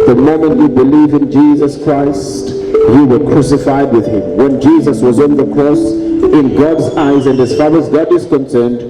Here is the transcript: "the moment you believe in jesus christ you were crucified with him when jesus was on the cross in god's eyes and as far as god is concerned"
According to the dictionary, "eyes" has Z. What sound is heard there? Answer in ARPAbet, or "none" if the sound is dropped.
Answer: Z